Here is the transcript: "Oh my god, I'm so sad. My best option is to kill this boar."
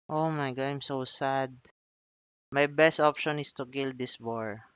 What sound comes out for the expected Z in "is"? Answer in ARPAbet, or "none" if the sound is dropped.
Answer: S